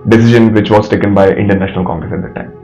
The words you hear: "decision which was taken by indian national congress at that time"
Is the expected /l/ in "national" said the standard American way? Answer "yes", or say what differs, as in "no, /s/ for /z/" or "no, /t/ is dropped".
yes